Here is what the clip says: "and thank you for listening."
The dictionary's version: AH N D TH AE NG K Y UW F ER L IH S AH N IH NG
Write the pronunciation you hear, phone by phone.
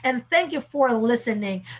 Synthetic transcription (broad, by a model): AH N TH AE NG K Y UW F ER L IH S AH N IH NG